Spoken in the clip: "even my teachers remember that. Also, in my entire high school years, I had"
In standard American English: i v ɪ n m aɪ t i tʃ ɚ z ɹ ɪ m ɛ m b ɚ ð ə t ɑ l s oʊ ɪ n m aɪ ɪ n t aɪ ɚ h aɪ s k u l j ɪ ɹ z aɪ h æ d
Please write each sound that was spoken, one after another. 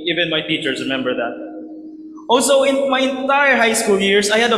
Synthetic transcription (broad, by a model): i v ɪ n m aɪ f i tʃ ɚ s ɹ ɪ m ɛ m b ɚ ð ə t ɑ l s oʊ ɪ n m aɪ ɪ n t aɪ ɚ h aɪ s k u l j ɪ ɹ s aɪ h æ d